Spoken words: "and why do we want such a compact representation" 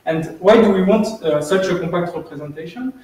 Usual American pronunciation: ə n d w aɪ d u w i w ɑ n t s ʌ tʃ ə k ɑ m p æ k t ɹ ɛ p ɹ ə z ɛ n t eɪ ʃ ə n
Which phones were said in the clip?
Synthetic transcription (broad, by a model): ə n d w aɪ d u w i w ɑ n t s ʌ tʃ ə k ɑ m p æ k t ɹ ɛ p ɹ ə z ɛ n t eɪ ʃ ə n